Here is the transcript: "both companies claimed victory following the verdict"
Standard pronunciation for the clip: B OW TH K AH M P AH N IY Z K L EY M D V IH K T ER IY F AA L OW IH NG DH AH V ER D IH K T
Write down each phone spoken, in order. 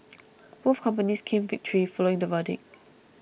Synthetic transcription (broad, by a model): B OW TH K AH M P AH N IY S K EY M V IH K T ER IY F AA L OW IH NG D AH V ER D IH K